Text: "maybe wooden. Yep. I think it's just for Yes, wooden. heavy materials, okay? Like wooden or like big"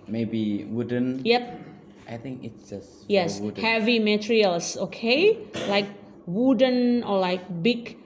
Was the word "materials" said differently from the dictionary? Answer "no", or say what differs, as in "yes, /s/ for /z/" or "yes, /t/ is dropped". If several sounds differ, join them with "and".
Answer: yes, /s/ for /z/